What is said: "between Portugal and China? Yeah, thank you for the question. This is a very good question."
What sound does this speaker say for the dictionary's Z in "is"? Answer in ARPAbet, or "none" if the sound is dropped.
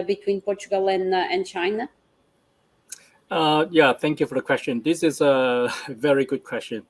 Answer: Z